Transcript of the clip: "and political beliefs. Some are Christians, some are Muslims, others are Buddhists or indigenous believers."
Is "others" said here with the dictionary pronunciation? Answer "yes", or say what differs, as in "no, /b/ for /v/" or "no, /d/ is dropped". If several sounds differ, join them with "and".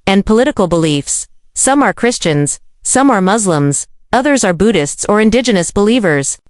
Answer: yes